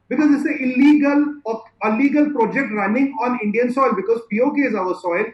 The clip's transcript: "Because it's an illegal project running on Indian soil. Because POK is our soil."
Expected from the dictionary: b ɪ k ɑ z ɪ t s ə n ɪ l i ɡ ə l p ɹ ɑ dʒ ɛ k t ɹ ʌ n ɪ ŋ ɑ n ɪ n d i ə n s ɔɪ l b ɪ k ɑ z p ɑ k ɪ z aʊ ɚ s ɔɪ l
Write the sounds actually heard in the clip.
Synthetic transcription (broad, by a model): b ɪ k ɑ z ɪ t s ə l ɪ l i ɡ ə l p ɹ ɑ dʒ ɛ k t ɹ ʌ n ɪ ŋ ɑ n ɪ n d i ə n s ɔɪ l b ɪ k ɑ z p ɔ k ɪ z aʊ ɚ s ɔɪ l